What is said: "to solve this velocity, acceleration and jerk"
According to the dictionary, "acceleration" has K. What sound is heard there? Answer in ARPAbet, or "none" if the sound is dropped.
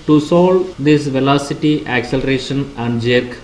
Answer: K